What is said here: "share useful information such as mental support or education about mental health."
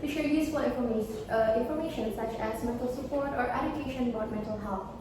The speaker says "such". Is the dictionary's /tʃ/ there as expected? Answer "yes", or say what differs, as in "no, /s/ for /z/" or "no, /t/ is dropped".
yes